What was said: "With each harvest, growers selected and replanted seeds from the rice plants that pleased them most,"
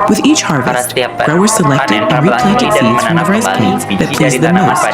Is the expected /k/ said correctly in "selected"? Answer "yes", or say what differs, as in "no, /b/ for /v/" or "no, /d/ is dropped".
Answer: yes